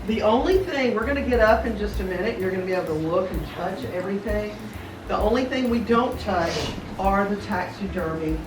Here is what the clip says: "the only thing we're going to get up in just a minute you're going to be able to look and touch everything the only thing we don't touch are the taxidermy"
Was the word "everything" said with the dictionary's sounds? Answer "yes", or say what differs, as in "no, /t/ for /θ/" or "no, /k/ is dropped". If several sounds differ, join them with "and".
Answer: yes